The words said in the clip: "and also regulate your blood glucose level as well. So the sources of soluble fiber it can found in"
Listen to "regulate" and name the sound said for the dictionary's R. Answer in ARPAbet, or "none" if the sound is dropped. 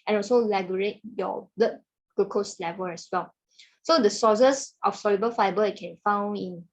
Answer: L